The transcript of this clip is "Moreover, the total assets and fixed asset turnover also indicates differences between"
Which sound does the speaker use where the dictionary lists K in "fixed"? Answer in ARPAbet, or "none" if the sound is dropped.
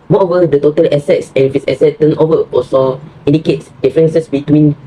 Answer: none